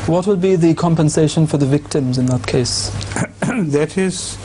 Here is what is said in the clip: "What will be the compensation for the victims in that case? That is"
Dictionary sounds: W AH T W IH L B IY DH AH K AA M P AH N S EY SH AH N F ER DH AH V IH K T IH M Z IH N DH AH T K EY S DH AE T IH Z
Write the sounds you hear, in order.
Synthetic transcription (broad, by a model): W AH T W IH L B IY DH AH K AA M P AH N S EY SH AH N F ER DH AH V IH K T IH M Z IH N DH AH T K EY S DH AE T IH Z